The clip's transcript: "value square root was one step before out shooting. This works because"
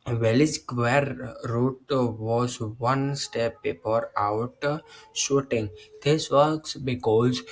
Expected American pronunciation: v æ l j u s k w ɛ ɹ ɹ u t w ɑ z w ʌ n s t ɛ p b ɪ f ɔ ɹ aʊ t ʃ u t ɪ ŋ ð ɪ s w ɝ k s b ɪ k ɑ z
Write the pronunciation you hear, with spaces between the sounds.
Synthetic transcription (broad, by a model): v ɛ l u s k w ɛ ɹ ɹ u t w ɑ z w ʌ n s t ɛ p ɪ p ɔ ɹ aʊ t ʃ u t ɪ ŋ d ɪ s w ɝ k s b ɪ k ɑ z